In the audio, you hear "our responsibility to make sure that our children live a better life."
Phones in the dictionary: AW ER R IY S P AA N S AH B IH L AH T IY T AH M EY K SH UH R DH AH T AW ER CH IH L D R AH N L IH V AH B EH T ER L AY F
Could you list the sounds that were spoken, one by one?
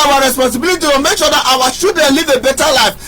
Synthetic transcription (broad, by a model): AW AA R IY S P AA N S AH B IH L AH T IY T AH M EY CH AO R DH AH T AW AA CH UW D AH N L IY V AH B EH T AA L AY F